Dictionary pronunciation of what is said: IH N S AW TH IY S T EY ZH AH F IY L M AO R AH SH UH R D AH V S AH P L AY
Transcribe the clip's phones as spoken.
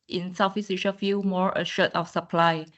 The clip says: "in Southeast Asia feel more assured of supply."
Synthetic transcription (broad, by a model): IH N S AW F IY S IY SH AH F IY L M AO R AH SH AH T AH F S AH P L AY